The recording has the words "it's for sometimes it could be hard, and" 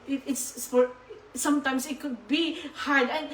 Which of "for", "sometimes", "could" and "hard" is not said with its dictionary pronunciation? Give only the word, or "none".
sometimes